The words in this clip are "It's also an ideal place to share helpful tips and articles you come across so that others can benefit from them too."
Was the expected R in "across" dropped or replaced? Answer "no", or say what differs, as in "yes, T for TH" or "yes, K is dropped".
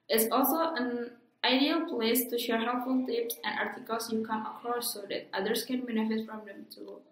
yes, R is dropped